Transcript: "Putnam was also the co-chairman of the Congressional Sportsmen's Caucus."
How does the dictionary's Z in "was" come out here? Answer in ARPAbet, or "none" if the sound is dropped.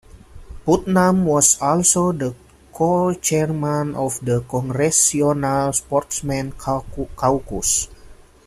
S